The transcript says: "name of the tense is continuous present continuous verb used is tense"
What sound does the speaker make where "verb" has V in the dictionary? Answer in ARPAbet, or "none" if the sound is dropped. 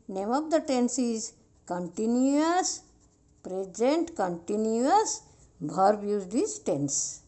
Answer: B